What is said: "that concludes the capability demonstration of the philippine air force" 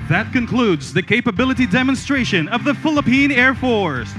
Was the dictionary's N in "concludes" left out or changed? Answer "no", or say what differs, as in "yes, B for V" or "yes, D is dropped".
no